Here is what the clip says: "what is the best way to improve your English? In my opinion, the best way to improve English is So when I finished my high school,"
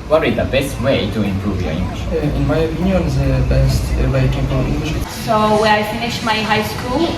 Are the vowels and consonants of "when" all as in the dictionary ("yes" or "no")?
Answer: no